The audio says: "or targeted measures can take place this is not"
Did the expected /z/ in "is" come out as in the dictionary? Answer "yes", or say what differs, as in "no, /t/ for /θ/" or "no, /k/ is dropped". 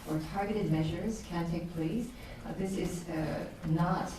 yes